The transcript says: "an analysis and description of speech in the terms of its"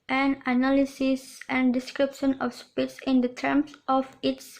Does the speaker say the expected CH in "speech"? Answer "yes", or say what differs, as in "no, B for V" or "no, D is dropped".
no, S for CH